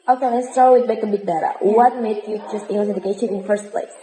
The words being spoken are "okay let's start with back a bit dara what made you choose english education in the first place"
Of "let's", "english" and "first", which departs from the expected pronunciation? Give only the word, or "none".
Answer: english